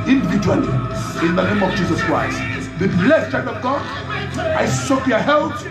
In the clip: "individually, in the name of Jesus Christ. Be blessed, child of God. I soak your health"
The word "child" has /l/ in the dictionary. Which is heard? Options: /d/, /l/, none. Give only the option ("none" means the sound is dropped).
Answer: none